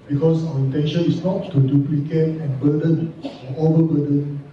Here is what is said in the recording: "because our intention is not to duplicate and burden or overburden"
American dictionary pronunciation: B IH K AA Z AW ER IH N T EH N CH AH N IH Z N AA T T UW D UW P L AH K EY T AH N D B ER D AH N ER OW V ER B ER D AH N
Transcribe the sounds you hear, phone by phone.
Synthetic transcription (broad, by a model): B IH K AA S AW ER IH N T EH N SH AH N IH S N AA T T UW D UW P L AH K EY T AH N B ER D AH N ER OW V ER B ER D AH N